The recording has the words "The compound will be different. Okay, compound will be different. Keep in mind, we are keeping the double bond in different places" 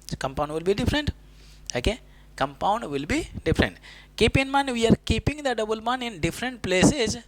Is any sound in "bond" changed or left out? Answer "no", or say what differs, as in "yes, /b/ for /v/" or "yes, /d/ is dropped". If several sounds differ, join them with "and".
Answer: yes, /d/ is dropped